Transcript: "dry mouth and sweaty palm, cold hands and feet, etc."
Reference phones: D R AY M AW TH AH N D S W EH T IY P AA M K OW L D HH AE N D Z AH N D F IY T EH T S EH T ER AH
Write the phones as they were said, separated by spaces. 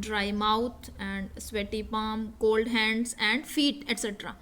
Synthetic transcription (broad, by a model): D R AY M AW T AH N D S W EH T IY P AA M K OW L D HH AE N D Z AH N D F IY T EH T S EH T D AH